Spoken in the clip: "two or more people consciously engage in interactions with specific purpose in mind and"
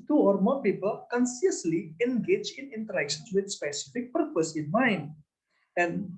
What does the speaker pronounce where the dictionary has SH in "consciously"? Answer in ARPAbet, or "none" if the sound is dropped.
S